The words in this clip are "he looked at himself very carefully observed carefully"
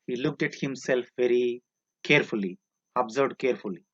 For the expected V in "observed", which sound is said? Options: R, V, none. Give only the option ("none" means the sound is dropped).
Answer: none